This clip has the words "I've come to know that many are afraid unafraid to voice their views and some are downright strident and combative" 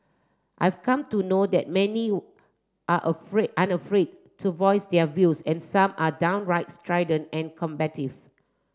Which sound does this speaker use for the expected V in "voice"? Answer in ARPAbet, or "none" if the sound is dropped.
V